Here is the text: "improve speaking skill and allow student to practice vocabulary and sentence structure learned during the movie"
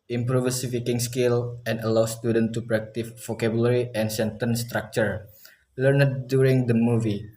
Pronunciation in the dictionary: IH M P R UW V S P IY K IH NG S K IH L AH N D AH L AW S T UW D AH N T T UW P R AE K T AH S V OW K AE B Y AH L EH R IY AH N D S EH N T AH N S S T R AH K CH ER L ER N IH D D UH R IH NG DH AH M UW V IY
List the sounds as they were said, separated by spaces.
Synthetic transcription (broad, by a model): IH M P R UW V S F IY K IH NG S K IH L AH N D AH L AW S T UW D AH N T T UW P R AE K T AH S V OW K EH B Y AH L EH R IY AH N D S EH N T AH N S S T R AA K CH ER L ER N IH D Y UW R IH NG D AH M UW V IY